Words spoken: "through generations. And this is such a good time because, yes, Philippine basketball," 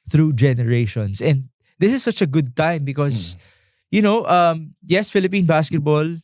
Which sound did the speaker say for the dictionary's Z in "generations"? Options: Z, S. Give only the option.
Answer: S